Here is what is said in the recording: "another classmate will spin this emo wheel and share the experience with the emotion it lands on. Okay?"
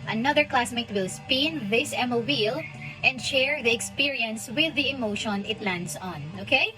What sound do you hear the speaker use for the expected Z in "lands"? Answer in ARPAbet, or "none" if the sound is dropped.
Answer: S